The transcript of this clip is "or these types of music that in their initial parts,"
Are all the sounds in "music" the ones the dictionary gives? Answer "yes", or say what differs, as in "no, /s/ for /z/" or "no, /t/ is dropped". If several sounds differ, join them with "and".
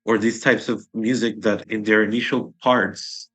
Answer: yes